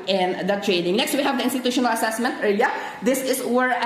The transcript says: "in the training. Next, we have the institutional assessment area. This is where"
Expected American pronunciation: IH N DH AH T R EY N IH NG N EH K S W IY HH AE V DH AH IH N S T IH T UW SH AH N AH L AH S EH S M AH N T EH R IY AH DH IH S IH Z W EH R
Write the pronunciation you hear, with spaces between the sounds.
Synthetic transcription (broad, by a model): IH N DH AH T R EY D IH NG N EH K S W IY HH AE V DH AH IH N S T IH T UW SH AH N AH L AH S EH S M AH N T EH L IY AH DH IH S IH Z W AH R